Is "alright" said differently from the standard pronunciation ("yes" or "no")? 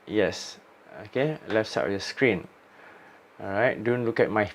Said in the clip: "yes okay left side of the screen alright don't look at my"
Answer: yes